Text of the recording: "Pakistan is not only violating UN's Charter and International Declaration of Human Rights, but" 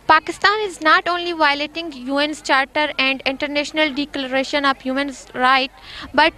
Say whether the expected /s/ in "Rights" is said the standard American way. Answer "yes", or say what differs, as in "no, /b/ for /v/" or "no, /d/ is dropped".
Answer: no, /s/ is dropped